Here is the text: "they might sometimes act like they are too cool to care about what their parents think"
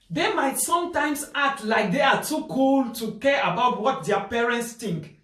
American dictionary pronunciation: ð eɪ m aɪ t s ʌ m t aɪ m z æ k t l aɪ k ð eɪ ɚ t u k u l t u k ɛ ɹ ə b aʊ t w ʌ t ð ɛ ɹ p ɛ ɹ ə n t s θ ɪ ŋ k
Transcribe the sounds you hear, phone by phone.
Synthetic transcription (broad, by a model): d eɪ m aɪ t s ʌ m t aɪ m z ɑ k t l aɪ k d eɪ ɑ t u k u l t u k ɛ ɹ ə b aʊ t w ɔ t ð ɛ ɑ p ɛ ɹ ə n t s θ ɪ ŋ k